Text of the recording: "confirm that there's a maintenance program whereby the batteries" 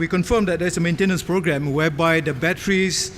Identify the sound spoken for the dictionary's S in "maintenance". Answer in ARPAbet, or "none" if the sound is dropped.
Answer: S